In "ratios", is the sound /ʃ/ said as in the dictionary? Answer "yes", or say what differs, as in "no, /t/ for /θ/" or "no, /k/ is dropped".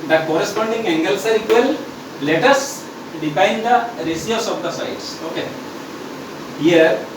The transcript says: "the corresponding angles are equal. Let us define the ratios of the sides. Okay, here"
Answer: no, /s/ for /ʃ/